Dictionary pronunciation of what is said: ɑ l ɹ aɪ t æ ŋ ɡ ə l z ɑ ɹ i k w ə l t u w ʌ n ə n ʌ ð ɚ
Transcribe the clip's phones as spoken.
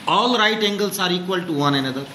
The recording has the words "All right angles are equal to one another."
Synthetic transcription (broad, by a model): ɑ l ɹ aɪ t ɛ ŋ ɡ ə l s ɑ ɹ i k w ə l t u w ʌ n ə n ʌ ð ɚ